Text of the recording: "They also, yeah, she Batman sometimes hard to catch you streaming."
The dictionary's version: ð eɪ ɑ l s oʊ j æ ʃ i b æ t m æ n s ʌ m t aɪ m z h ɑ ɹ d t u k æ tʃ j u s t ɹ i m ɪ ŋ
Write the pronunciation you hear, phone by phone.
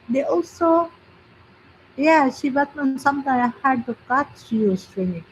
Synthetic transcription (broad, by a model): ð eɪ ɑ l s oʊ j æ ʃ i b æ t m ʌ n s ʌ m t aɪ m h ɑ ɹ d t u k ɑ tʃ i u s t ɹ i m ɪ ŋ